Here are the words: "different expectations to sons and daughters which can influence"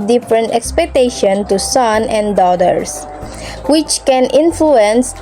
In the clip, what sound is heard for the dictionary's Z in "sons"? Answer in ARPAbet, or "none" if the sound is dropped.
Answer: none